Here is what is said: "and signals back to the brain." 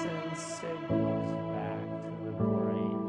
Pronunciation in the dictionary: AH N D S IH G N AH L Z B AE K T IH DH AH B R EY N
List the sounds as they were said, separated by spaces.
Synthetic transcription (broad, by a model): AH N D S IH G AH Z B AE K T IH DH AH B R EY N